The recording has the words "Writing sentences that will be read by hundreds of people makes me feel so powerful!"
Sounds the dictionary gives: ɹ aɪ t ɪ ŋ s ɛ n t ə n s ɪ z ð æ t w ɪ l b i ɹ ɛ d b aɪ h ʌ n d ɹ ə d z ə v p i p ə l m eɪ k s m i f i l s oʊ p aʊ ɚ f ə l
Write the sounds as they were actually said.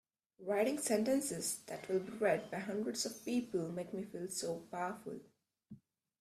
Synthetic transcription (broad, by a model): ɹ aɪ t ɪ ŋ s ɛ n t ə n s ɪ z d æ t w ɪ l b i ɹ ɛ d b aɪ h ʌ n d ɹ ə d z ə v p i p ə l m eɪ k m i f i l s oʊ p aʊ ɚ f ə l